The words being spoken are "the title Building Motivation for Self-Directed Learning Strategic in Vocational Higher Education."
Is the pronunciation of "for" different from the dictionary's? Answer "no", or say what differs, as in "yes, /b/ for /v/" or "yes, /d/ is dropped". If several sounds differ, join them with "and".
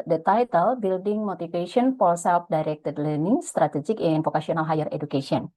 yes, /l/ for /ɹ/